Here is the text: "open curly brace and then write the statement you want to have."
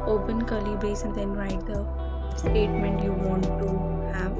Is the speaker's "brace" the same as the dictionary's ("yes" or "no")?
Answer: no